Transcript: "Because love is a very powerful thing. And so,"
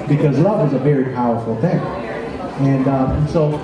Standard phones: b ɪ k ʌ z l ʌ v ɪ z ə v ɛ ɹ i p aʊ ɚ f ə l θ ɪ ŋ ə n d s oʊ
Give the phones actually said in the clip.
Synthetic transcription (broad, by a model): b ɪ k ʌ z l ʌ v ɪ z ə v ɛ ɹ i p aʊ ɚ f l θ ɪ ŋ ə n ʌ s oʊ